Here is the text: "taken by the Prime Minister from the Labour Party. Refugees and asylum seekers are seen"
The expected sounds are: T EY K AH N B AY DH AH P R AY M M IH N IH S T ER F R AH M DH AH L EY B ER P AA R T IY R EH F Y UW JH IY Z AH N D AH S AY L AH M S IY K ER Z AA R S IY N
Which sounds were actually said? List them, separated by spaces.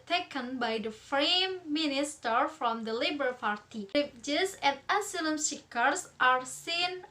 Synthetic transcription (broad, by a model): T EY K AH N B AY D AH F R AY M M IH N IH S T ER F R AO M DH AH L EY B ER P AA R T IY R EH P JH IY S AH N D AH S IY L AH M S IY K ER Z AA R S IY N